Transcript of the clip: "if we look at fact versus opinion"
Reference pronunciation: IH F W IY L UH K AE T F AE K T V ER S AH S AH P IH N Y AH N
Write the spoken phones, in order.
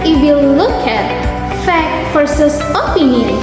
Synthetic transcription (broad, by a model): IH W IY L UH K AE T F AE K T F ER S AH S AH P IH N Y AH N